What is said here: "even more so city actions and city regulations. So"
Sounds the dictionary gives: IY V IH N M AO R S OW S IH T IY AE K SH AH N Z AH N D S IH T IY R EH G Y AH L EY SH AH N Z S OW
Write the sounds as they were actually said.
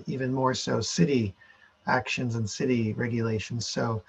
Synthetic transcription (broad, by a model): IY V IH N M AO R S OW S IH T IY AE K SH AH N Z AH N S IH T IY R EH G Y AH L EY SH N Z S OW